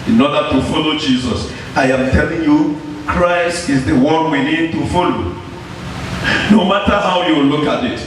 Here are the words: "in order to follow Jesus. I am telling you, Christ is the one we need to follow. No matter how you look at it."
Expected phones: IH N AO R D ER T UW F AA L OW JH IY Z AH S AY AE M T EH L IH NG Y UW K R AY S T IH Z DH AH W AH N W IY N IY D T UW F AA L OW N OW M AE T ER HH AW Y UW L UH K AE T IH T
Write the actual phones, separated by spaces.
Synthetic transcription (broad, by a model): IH N AO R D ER T UW F AA L OW JH IY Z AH S AY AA M T EH L IH NG Y UW K R AY S T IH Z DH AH W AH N W IY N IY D T UW F AA L OW N OW M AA T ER HH AW Y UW L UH K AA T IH T